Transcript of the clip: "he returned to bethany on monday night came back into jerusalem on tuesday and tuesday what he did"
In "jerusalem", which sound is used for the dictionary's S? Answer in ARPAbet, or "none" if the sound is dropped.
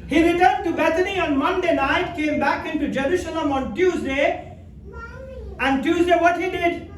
SH